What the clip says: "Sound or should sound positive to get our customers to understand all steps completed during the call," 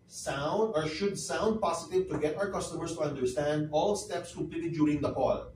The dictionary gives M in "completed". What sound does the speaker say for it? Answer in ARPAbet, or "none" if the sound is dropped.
none